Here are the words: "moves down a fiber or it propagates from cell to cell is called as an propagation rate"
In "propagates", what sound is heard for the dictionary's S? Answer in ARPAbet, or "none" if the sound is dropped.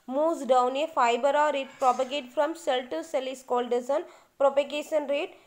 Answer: none